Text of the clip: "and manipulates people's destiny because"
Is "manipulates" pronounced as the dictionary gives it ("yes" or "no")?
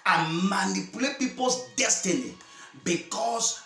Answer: no